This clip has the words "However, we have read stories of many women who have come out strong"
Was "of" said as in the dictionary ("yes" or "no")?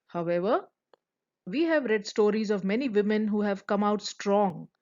yes